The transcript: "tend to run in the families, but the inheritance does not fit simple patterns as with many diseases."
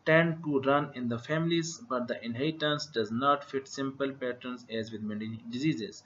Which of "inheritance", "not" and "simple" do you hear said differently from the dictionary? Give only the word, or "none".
inheritance